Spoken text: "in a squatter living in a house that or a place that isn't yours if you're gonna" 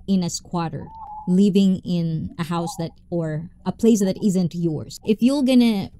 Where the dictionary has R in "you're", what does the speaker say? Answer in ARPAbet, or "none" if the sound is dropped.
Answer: L